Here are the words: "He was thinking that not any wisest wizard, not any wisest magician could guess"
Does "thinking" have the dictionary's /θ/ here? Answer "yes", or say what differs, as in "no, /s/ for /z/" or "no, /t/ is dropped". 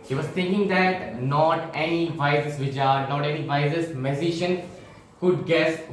no, /t/ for /θ/